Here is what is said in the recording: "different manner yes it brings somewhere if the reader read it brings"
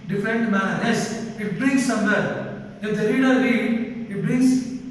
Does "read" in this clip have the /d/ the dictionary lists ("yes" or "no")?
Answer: no